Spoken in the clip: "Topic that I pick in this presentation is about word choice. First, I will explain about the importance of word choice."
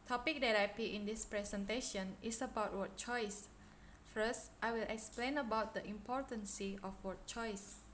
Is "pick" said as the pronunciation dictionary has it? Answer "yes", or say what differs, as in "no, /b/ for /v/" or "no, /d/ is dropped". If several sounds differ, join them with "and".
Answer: no, /k/ is dropped